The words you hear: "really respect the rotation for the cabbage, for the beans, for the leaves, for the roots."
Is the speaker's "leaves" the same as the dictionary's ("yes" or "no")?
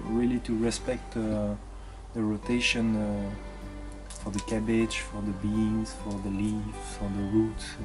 no